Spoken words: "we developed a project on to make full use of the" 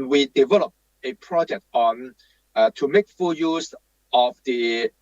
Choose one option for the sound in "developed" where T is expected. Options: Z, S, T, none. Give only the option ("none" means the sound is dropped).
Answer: none